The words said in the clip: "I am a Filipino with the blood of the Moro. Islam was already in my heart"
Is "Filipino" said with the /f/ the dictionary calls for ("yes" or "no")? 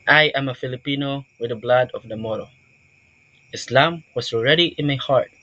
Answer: yes